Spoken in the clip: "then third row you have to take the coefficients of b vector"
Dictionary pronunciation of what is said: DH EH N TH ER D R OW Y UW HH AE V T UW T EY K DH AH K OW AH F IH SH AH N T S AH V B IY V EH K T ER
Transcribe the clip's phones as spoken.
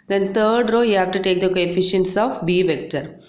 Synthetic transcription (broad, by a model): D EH N T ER D R OW Y UW HH AE V T UW T EY K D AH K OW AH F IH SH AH N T S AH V B IY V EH K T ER